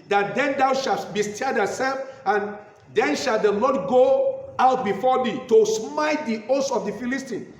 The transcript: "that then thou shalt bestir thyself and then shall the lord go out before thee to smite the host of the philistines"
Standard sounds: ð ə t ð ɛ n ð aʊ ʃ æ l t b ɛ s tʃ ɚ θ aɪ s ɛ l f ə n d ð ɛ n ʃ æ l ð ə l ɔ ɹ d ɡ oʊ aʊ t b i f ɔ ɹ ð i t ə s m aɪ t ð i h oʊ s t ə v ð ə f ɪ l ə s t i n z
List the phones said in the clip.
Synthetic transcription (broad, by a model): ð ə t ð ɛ n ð aʊ ʃ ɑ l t b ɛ s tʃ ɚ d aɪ s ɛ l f ə n d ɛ n ʃ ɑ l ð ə l ɔ d ɡ oʊ aʊ t b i f ɔ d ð i t ə s m aɪ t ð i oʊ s ə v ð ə f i l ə s t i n